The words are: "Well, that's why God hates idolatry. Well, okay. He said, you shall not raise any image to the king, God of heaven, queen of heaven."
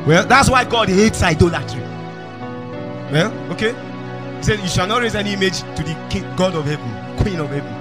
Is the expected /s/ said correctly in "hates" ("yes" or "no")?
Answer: yes